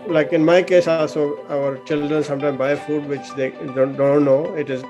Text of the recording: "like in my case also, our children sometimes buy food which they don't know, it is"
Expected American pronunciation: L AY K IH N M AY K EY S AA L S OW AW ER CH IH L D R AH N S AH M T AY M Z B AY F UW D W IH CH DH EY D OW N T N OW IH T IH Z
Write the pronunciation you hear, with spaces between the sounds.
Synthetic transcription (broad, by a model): L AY K IH N M AY K EY S AA L S OW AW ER CH IH L D R AH N S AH M T AY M B AY F UW D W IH CH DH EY D OW N T N OW IH T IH Z